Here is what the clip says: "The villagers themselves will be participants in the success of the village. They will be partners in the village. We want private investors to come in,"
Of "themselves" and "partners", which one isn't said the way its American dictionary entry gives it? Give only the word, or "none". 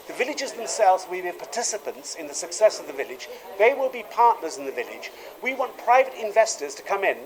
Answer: none